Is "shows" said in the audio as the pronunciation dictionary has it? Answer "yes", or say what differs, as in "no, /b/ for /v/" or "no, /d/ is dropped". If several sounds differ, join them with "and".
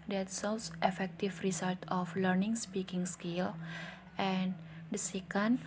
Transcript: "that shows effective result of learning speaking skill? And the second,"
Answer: no, /s/ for /ʃ/